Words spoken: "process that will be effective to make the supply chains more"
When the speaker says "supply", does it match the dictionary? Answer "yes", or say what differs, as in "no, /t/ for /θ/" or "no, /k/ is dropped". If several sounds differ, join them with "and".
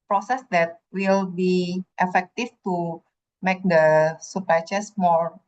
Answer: no, /l/ is dropped